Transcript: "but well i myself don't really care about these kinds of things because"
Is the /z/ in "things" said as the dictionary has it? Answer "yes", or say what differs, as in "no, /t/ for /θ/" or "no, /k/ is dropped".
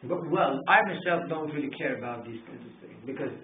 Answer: no, /z/ is dropped